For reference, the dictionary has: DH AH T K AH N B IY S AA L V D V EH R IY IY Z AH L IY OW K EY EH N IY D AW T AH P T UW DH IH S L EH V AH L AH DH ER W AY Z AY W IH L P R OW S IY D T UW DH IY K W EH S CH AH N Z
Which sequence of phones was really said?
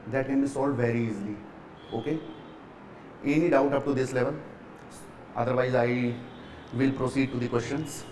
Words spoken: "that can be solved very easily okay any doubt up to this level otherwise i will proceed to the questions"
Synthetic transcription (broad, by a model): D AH T K AH N B IY S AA L D V EH R IY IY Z L IY OW K EY EH N IY D AW T AH P T UW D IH S L EH V AH L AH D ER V AY Z AY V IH L P R OW S IY D T UW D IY K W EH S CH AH N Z